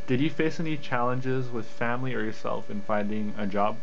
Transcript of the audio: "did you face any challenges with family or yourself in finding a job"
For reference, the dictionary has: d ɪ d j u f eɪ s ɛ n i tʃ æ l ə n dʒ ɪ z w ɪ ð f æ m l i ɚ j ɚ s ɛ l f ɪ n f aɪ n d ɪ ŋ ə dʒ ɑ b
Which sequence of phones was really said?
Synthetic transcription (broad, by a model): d ɪ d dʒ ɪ f eɪ s ɛ n i tʃ æ l ə n dʒ ɪ z w ɪ ð f æ m l i ɚ j ɚ s ɛ l f ɪ n f aɪ n d ɪ ŋ ə dʒ ɑ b